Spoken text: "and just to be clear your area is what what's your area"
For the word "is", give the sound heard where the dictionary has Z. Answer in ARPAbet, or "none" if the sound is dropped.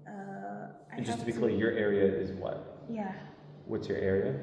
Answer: Z